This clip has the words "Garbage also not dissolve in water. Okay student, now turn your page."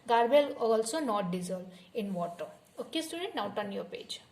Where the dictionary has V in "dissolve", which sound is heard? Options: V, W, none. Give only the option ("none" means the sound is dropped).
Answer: none